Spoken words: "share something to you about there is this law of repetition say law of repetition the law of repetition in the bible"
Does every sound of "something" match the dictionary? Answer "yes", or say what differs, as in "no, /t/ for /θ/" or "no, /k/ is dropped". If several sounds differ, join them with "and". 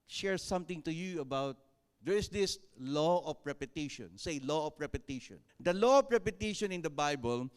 no, /t/ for /θ/